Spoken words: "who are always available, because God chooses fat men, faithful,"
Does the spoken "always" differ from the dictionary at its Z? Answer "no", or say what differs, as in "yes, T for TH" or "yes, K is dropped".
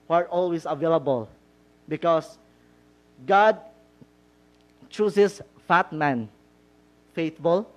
yes, S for Z